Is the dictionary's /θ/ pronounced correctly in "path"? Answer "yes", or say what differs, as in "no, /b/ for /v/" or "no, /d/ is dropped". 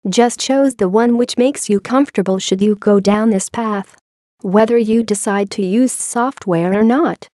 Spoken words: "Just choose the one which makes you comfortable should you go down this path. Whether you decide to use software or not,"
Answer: yes